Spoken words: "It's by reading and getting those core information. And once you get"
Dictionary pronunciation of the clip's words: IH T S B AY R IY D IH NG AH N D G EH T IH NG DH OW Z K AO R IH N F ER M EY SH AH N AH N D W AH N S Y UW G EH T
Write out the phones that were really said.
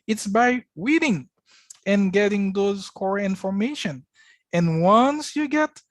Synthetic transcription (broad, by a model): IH T S B AY W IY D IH NG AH N G EH T IH NG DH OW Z K AO R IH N F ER M EY SH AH N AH N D W AH N S Y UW G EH T